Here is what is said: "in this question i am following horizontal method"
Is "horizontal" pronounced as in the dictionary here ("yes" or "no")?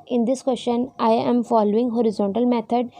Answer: yes